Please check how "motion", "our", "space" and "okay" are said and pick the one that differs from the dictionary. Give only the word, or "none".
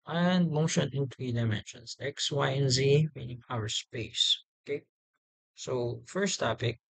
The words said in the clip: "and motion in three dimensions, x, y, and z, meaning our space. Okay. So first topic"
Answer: none